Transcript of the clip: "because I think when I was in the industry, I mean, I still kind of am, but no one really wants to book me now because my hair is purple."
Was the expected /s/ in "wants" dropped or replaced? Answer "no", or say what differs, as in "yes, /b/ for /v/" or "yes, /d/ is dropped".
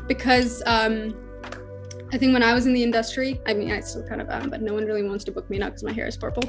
no